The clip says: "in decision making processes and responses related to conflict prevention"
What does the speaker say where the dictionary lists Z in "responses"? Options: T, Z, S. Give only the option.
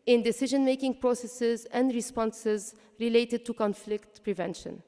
Z